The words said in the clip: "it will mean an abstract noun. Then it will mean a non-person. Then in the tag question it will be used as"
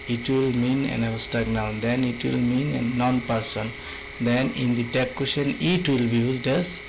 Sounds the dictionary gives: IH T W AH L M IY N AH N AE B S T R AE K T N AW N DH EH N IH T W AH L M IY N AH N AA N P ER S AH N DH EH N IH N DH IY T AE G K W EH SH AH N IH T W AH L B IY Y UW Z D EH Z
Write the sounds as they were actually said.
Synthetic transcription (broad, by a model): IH T W AH L M IY N AH N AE S T AA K N AW N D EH N IH T W AH L M IY N AH N AA N P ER S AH N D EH N IH N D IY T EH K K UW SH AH N IH T W AH L B IY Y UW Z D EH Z